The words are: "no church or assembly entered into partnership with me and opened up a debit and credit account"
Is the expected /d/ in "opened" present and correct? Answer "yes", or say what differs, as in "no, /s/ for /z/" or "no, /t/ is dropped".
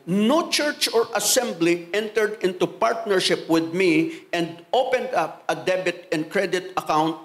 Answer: yes